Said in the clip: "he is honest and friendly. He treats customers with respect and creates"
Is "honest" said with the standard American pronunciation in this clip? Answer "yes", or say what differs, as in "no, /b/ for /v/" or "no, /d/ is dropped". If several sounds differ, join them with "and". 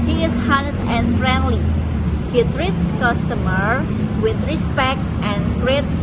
no, /t/ is dropped